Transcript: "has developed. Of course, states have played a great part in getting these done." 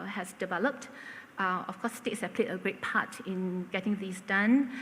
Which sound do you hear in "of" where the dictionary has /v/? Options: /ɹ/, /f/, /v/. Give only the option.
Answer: /f/